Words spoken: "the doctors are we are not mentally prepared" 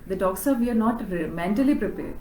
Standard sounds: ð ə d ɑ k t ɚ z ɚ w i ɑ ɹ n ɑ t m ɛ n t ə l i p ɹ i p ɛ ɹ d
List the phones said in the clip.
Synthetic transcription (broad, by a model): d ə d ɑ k s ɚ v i ɑ ɹ n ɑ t m ɛ n t ə l i p ɹ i p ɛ ɹ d